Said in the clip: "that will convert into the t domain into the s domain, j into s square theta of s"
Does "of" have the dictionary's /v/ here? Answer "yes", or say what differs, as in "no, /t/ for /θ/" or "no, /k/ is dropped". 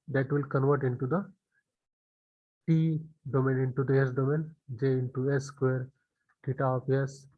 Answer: no, /p/ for /v/